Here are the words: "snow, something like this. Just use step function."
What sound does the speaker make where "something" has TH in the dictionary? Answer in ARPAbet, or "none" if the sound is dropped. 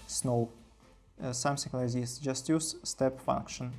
S